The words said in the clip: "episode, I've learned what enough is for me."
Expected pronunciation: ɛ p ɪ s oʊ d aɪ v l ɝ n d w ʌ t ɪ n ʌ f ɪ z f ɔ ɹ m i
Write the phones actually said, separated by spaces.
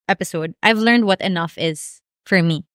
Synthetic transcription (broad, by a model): ɛ p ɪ s oʊ d aɪ v l ɝ n d w ʌ t ɪ n ʌ f ɪ z f ɔ ɹ m i